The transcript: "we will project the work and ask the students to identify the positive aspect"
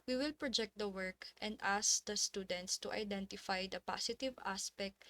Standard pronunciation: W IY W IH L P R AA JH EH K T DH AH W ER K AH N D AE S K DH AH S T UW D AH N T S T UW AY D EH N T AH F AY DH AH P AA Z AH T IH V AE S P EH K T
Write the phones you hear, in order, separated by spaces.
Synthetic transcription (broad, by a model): W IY W IH L P R AA JH EH K T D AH W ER K AH N D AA S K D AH S T UW D AH N T S T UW AY D EH N T AH F AY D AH P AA S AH T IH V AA S P EH K T